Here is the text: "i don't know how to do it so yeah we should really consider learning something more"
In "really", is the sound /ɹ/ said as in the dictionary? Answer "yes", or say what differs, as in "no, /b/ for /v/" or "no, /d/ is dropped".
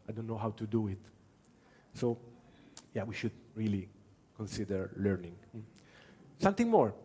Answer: yes